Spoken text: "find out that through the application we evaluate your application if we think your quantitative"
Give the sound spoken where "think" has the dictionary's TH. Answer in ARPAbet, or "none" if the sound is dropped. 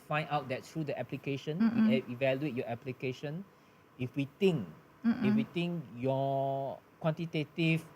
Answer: T